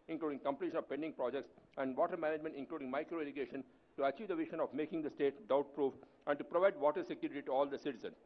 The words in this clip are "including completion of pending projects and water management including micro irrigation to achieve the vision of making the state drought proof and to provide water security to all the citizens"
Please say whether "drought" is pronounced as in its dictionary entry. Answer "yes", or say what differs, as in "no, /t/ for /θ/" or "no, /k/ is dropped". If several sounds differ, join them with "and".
no, /ɹ/ is dropped